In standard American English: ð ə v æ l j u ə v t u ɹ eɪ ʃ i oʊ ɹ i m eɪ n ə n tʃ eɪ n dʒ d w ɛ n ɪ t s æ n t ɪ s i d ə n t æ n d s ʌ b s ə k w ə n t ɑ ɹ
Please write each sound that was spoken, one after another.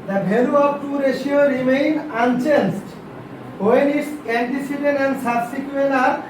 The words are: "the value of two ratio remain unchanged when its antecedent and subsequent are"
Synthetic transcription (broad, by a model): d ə b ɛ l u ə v t u ɹ eɪ ʃ i oʊ ɹ i m eɪ n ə n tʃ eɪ n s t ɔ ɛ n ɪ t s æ n t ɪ s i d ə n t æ n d s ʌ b s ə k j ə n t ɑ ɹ